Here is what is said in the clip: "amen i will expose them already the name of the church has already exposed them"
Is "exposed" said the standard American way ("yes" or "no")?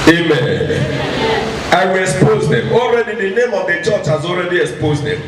yes